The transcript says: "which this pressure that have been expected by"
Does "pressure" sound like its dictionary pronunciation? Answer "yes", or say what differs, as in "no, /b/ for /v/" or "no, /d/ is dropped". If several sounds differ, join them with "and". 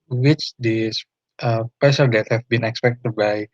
no, /ɹ/ is dropped